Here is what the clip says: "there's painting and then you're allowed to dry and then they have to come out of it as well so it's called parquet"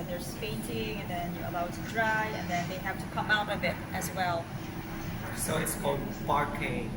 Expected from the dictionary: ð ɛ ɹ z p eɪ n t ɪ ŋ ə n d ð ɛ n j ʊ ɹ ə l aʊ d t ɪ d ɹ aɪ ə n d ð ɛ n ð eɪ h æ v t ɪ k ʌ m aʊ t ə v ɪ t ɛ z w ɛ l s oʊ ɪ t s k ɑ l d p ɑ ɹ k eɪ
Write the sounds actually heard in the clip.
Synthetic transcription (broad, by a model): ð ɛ ɹ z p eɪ n t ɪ ŋ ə n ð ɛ n j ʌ ɹ ə l aʊ d t ɪ d ɹ aɪ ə n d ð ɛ n ð eɪ h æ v t ɪ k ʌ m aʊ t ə b ɪ t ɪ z w ɛ l s oʊ ɪ t s k ɑ l d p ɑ ɹ k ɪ